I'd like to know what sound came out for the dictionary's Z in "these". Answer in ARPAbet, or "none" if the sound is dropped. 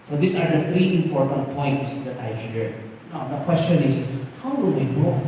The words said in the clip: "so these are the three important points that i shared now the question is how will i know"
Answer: S